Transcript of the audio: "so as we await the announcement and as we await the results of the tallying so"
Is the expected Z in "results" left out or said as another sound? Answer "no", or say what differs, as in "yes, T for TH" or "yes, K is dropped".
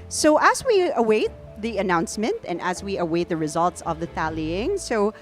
no